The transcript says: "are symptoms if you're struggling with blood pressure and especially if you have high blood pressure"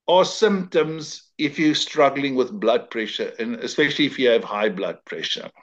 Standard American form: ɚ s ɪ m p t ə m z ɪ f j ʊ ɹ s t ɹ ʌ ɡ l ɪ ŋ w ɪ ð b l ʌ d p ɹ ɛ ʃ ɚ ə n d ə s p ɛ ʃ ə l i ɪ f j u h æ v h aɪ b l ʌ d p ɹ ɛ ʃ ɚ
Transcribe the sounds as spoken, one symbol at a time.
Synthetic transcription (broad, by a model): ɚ s ɪ m p t ə m z ɪ f j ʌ s t ɹ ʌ ɡ l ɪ ŋ w ɪ ð b l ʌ d p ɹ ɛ ʃ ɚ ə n ə s p ɛ ʃ ə l i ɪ f j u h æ v h aɪ b l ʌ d p ɹ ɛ ʃ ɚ